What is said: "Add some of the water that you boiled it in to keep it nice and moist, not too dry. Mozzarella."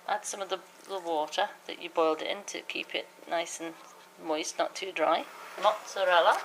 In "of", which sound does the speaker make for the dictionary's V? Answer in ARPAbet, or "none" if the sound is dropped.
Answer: V